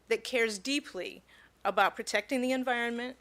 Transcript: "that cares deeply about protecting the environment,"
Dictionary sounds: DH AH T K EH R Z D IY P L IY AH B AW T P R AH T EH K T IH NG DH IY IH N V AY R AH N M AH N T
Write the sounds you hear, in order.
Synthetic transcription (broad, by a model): DH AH T K EH R Z D IY P L IY AH B AW T P R AH T EH K T IH NG DH IY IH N V AY R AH N M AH N T